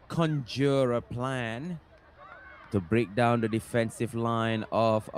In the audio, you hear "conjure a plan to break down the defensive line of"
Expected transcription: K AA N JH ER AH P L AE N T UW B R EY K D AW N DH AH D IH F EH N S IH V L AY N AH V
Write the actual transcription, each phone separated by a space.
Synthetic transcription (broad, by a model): K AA N JH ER AH P L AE N T UW B R EY K D AW N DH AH D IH F EH N S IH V L AY N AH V